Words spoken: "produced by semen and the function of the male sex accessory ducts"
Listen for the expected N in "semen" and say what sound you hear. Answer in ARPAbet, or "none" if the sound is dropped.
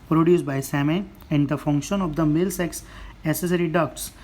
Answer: none